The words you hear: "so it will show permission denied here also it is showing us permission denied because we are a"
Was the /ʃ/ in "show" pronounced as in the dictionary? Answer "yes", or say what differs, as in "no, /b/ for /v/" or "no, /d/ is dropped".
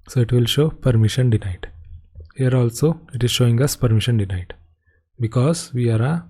yes